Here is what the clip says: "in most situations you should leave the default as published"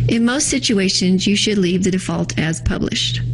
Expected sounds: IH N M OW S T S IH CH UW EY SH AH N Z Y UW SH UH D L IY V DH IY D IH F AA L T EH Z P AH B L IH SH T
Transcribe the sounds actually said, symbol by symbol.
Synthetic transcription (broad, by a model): IH N M OW S T S IH CH UW EY SH AH N Z Y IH SH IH D L IY V DH IY D IH F AA L T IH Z P AH B L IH SH T